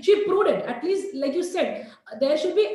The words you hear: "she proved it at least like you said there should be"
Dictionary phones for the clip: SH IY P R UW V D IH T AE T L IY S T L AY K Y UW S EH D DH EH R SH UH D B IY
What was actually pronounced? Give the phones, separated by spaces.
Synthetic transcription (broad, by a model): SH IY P R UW D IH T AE T L IY S T L AY K Y UW S EH D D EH R SH UH D B IY